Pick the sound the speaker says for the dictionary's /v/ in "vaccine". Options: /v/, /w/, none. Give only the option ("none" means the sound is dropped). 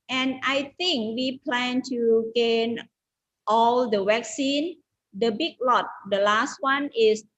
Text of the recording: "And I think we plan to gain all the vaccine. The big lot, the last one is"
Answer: /w/